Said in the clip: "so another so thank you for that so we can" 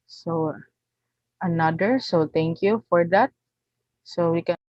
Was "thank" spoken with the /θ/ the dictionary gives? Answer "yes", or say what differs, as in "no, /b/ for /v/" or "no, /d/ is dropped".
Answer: no, /t/ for /θ/